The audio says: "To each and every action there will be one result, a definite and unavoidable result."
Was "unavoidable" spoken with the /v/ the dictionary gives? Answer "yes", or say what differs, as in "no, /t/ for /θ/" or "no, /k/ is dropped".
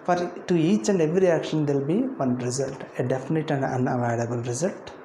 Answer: no, /v/ is dropped